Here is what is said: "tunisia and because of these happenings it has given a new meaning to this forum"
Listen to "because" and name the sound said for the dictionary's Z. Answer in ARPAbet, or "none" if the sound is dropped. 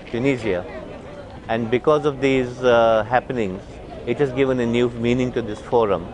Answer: Z